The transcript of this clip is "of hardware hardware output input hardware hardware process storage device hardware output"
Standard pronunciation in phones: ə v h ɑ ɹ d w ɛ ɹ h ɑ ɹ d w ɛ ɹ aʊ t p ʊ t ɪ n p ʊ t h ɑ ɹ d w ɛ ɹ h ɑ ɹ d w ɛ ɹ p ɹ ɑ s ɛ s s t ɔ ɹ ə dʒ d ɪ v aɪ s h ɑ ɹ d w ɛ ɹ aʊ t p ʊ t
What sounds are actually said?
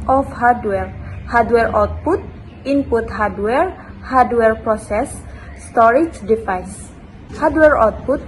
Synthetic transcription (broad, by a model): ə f h ɑ ɹ d w ɛ ɹ h ɑ ɹ d w ɛ ɹ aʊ t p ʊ t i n p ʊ t h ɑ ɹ d w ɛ ɹ h ɑ ɹ d w ɛ ɹ p ɹ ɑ s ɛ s s t ɔ ɹ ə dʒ d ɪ f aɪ s h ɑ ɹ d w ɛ ɹ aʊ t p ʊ t